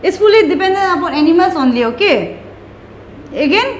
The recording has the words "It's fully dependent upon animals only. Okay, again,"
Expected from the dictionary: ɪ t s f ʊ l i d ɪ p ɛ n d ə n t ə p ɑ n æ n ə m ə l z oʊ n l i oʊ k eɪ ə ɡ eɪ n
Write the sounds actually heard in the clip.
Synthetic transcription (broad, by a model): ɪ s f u l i d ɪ p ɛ n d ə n ə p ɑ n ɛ n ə m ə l s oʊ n l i oʊ k eɪ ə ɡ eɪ n